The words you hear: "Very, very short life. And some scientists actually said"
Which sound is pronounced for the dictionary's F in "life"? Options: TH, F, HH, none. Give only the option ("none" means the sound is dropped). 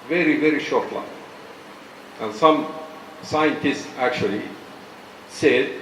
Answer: none